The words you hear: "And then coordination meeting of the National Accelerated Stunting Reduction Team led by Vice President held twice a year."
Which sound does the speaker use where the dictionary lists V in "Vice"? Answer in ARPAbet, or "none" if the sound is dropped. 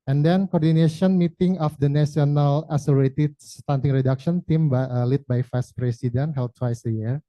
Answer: F